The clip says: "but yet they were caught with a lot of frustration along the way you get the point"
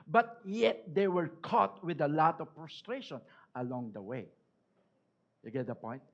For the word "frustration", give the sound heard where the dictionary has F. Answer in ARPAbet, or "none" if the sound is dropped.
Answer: P